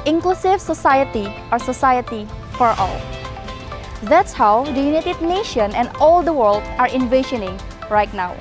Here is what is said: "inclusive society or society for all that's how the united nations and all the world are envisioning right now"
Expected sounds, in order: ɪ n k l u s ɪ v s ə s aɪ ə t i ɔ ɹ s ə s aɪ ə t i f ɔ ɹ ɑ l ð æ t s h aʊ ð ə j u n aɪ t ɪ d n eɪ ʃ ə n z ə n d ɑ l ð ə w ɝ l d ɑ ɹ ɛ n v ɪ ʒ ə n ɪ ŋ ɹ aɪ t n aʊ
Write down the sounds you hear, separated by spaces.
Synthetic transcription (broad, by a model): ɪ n k l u s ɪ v s ə s aɪ ə t i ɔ ɹ s ə s aɪ ə t i f ɔ ɹ ɑ l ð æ t s h aʊ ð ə j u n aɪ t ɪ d n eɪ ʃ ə n ə n d ɑ l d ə w ɝ l d ɑ ɹ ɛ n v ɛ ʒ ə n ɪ ŋ ɹ aɪ t n aʊ